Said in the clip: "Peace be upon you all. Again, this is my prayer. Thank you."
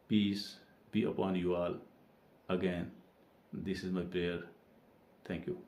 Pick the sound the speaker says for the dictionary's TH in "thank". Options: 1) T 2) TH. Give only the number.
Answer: 1